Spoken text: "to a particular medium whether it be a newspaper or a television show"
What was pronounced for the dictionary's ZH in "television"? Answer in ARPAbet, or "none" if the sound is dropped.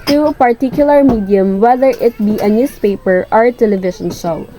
SH